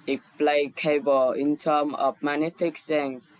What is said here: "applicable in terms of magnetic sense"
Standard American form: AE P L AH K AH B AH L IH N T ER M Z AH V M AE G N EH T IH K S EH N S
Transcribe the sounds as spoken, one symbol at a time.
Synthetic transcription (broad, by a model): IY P L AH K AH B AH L IH N T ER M AH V M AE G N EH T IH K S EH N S